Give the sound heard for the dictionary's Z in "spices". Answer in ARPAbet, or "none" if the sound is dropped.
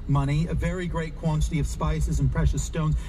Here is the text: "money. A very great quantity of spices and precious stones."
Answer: Z